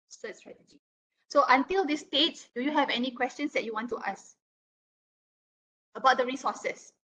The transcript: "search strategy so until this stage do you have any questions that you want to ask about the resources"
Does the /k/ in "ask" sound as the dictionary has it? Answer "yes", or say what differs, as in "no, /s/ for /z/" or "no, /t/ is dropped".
no, /k/ is dropped